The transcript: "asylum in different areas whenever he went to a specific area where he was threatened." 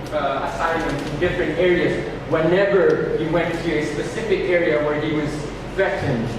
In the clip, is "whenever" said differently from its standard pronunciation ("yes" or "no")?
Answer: no